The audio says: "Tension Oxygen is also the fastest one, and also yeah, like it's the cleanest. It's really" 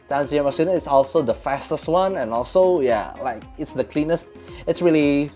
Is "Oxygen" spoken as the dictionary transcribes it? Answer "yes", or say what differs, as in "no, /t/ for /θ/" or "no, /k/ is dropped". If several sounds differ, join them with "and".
no, /k/ is dropped and /n/ is dropped